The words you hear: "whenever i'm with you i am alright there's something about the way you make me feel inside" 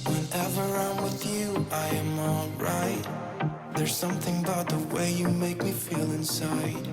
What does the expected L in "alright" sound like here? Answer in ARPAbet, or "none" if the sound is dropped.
L